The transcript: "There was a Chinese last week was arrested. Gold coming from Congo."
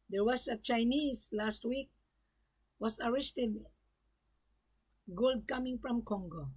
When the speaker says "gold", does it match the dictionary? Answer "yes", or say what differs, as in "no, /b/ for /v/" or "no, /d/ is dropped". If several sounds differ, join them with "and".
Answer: yes